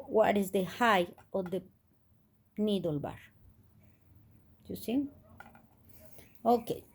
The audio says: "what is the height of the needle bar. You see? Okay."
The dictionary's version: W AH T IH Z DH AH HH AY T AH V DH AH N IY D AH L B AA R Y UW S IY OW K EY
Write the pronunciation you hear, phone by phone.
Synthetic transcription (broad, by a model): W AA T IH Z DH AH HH AY AH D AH N IY D AH L B AA R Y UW S IY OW K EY